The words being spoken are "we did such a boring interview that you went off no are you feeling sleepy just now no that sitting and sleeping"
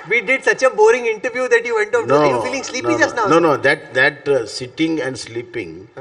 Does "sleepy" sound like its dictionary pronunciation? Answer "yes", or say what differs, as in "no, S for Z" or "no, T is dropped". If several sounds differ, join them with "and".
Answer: no, P is dropped